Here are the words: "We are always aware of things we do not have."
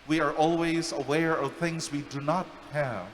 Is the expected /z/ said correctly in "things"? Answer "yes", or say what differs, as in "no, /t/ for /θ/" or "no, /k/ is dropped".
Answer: yes